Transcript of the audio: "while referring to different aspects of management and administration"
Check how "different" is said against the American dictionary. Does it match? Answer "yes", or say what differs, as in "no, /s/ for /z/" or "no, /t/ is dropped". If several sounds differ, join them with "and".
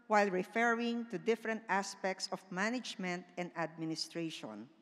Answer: yes